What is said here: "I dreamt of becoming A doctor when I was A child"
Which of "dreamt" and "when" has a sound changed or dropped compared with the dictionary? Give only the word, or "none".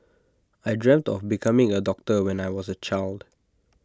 none